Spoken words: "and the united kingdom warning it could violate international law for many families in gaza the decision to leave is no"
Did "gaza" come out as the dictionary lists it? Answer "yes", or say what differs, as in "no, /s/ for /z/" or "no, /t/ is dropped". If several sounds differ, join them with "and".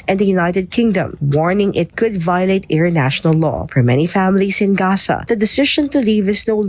no, /s/ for /z/